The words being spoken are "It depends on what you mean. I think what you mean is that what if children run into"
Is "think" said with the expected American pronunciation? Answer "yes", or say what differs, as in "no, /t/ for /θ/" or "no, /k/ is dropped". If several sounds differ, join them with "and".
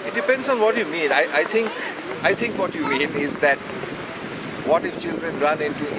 no, /t/ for /θ/